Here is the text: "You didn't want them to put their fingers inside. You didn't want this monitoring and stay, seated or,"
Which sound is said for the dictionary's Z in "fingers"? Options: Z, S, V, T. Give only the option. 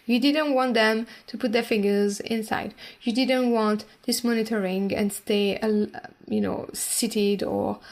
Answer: Z